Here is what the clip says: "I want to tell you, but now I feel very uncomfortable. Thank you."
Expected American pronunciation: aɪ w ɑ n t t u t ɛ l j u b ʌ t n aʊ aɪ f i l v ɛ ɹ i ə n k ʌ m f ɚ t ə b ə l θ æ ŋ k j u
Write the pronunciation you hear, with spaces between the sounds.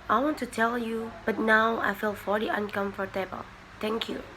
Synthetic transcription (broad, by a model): aɪ w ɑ n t t u t ɛ l j u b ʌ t n aʊ aɪ f i l f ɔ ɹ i ə n k ʌ m f ɚ t ə b ə l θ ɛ ŋ k j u